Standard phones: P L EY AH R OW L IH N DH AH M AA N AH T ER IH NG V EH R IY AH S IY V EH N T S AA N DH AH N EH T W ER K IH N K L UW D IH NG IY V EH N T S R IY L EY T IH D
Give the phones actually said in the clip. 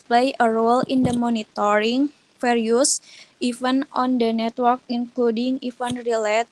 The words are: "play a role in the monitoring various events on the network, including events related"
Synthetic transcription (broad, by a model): P L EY AH R OW L IH N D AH M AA N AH T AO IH NG F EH R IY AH S IY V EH N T AA N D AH N EH T W ER K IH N K L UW D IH NG IY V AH N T R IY L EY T